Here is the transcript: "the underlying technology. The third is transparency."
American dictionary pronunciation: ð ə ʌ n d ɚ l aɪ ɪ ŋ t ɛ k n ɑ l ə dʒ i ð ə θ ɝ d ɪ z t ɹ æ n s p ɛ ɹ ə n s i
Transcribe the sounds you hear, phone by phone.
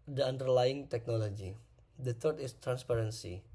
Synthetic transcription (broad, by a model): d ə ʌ n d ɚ l aɪ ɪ ŋ t ɛ k n ɑ l ə dʒ i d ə t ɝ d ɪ s t ɹ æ n s p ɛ ɹ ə n s i